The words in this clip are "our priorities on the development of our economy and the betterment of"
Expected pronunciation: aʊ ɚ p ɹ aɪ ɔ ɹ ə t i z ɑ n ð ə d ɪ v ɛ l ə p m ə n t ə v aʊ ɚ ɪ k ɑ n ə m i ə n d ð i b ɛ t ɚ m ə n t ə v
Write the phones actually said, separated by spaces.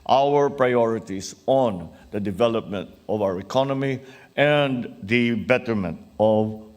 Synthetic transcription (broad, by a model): aʊ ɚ p ɹ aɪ ɔ ɹ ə t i s ɑ n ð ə d ɪ v ɛ l ə p m ə n t ə v aʊ ɚ ɪ k ɑ n ə m i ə n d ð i b ɛ t ɚ m ə n t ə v